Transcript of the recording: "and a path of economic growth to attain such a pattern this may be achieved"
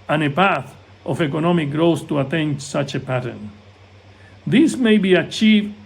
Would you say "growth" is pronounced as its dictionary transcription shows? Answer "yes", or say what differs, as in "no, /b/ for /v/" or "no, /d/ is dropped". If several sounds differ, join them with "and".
no, /s/ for /θ/